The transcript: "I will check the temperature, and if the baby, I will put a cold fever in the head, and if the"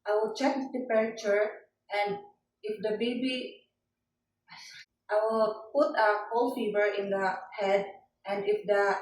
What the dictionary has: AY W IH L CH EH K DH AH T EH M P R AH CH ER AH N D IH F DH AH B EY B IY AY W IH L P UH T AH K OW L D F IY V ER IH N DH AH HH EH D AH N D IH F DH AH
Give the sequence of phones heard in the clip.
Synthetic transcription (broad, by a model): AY W IH L CH EH K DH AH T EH P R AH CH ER AH N D IH F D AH B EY B IY AY W IH L P UH T AH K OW L F IY V ER IH N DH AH HH EH D AH N D IH F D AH